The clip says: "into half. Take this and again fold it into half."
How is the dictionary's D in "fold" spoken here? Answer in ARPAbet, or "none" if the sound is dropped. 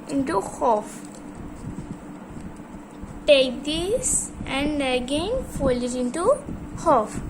none